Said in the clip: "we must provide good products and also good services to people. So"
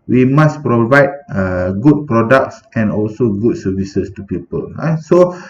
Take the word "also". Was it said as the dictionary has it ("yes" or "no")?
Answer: yes